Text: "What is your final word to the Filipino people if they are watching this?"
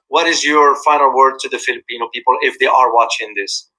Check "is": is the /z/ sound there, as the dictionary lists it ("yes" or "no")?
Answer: yes